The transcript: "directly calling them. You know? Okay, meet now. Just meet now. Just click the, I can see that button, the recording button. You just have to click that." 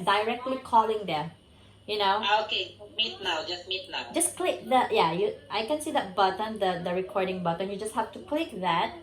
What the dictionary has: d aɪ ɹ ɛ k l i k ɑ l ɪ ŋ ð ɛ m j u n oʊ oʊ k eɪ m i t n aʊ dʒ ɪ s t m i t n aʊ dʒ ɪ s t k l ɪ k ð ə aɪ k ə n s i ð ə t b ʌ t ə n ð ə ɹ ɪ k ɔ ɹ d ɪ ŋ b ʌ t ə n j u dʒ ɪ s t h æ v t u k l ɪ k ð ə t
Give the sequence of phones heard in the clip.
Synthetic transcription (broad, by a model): d aɪ ɹ ɛ k l i k ɑ l ɪ ŋ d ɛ j u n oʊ oʊ k eɪ m i t n aʊ dʒ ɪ s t m i t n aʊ dʒ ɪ s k l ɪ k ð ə aɪ k ə n s i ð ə t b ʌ t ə n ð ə ɹ ɪ k ɔ ɹ d ɪ ŋ b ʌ t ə n j u dʒ ɪ s t h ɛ f t u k l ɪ k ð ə t